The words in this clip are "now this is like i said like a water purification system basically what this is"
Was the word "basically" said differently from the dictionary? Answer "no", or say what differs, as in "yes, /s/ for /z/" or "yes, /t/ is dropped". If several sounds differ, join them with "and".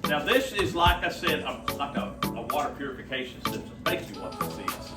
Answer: yes, /s/ is dropped and /l/ is dropped